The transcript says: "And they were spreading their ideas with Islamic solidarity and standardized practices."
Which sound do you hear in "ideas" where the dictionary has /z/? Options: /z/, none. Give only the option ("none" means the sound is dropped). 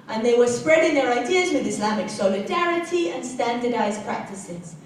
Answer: /z/